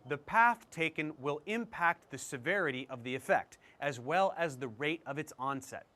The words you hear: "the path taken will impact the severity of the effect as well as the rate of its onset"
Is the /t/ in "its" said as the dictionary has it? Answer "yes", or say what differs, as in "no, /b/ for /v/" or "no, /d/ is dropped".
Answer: yes